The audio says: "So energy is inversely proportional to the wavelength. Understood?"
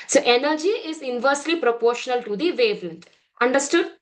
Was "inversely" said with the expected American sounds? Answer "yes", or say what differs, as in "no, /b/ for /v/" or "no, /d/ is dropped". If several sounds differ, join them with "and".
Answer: yes